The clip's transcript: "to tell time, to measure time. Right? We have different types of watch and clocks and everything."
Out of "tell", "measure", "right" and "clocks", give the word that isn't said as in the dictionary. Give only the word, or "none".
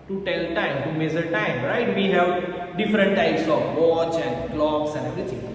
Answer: measure